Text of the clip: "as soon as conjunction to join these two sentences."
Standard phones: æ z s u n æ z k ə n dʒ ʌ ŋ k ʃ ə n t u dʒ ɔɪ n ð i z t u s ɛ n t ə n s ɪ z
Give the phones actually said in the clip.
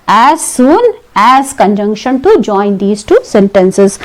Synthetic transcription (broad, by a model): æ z s u n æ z k ə n dʒ ʌ ŋ k ʃ ə n t u dʒ ɔɪ n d i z t u s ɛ n t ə n s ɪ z